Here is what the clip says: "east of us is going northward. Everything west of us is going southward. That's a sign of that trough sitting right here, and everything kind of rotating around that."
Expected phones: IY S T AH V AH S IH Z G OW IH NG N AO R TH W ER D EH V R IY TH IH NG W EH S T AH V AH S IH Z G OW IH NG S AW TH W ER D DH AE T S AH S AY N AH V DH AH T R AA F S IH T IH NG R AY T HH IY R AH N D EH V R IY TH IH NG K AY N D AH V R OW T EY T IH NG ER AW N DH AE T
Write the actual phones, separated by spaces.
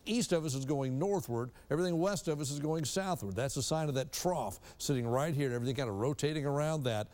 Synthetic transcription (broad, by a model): IY S T AH V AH S IH Z G OW IH NG N AO R TH W ER D EH V R IY TH IH NG W EH S T AH V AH S IH Z G OW IH NG S AW TH W ER D DH AE T S AH S AY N AH V DH AH T R AA F S IH T IH NG R AY T HH IY R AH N EH V R IY TH IH NG K AY N D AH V R OW T EY T IH NG ER AW N DH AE T